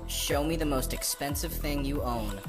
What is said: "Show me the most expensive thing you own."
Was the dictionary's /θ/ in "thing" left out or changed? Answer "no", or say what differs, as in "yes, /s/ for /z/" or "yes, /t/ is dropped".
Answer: no